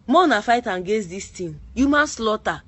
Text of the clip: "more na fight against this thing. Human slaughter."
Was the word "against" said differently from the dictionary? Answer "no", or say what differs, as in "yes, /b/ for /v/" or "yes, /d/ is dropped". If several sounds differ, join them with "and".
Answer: yes, /n/ is dropped